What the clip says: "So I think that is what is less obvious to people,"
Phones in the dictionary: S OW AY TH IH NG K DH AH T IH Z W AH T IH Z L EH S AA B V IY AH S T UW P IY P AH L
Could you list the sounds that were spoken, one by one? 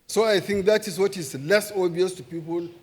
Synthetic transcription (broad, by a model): S OW AY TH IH NG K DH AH T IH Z W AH T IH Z L EH S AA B IY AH S T UW P IY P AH L